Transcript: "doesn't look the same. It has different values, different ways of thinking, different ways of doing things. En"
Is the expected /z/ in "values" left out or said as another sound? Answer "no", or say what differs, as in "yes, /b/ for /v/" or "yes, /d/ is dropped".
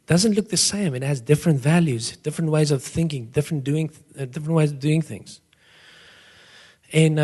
no